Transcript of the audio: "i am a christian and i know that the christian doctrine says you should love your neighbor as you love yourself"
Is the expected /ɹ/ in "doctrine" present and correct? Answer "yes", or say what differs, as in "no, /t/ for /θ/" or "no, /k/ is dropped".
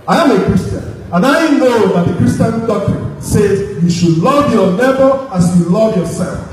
no, /ɹ/ is dropped